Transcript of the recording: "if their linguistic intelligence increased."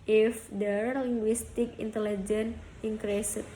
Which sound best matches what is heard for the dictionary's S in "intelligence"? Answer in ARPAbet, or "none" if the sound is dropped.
none